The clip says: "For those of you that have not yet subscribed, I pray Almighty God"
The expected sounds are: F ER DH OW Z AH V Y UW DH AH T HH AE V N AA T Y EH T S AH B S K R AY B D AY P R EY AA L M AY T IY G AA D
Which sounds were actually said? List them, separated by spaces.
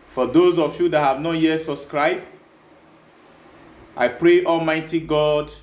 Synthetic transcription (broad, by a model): F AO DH OW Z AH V Y UW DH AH T HH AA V N AA T Y EH T S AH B S K R AY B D AY P R EY AA L M AY T IY G AA D